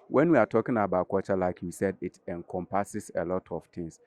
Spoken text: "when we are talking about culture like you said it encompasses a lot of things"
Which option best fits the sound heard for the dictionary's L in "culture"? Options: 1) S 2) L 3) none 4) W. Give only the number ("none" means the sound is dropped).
3